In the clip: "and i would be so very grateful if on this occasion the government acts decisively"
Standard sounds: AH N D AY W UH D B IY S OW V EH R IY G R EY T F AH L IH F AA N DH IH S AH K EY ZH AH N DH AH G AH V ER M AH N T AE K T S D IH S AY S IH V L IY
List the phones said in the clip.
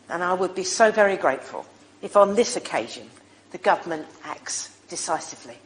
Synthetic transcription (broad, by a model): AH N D AY W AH D B IY S OW V EH R IY G R EY T F AH L IH F N DH IH S AH K EY ZH AH N DH AH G AH V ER M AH N T AE K T S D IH S AY S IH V L IY